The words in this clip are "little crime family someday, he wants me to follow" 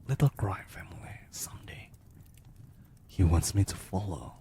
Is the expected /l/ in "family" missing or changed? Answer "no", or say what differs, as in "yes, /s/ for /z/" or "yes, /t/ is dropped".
yes, /w/ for /l/